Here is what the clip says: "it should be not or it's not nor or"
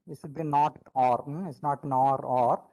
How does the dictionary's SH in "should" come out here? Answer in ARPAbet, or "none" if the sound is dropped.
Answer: S